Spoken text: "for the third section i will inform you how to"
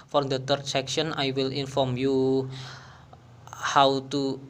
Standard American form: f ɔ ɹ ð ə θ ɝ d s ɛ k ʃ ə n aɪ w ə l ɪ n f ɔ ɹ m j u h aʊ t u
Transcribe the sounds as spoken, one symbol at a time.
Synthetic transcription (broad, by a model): f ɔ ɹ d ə t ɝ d s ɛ k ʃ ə n aɪ w ə l ɪ n f ɔ ɹ m j u h aʊ t u